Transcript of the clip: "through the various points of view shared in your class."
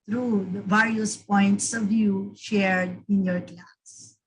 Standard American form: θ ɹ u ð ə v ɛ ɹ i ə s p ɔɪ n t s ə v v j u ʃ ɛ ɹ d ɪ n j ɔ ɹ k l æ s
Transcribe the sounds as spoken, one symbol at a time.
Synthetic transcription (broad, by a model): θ ɹ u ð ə v ɛ ɹ i ə s p ɔɪ n t s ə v v j u ʃ ɛ ɹ d ɪ n j ɔ ɹ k l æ s